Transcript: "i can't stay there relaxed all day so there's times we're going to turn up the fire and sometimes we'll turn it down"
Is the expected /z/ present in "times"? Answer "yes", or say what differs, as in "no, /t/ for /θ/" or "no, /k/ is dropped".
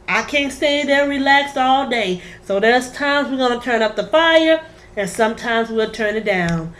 yes